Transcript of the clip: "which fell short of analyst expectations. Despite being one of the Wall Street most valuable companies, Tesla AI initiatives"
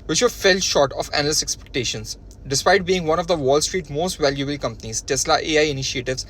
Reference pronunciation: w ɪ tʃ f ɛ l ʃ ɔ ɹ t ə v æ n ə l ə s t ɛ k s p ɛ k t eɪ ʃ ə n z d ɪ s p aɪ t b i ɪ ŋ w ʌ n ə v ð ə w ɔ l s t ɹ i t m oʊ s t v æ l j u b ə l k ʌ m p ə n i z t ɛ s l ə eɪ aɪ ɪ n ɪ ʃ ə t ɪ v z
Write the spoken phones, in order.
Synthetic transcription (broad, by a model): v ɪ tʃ f ɛ l ʃ ɔ ɹ t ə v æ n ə l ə s ɛ k s p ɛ k t eɪ ʃ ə n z d ɪ s p aɪ t b i ɪ ŋ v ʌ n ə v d ə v ɔ l s t ɹ i t m oʊ s t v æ l j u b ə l k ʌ m p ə n i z t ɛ s l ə eɪ aɪ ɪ n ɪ ʃ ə t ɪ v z